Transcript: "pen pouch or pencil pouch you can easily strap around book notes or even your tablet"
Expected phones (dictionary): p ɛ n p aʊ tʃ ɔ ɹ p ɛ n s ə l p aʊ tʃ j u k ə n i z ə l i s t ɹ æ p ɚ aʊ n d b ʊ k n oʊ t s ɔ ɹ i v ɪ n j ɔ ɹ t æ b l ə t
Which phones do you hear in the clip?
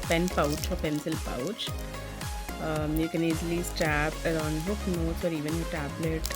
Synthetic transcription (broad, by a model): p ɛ n p aʊ tʃ ɔ ɹ p ɛ n s ə l p aʊ tʃ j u k ə n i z l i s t æ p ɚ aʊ n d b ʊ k n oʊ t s ɔ ɹ i v ɪ n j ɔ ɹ t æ b l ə t